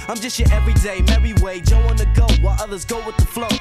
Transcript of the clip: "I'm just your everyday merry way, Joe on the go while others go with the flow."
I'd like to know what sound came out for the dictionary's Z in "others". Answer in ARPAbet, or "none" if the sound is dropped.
Z